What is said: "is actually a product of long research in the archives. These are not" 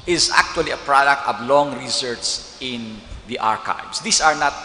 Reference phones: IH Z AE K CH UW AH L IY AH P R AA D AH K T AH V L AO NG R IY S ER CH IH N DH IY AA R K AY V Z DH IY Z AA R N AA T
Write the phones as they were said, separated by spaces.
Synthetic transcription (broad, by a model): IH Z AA K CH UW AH L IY AH P R AA D AH K T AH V L AO NG R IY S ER S IH N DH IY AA R K AY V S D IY S AA R N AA T